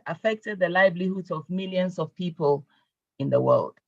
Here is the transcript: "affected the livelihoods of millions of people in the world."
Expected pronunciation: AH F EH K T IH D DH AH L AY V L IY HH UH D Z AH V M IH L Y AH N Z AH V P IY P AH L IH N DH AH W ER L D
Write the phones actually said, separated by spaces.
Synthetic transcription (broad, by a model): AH F EH K T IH D DH AH L AY B L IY HH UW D AH V M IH L Y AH N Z AH V P IY P AH L IH N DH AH W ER L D